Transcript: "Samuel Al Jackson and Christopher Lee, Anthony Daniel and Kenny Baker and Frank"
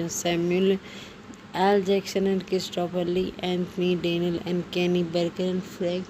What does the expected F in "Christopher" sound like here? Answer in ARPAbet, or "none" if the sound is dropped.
P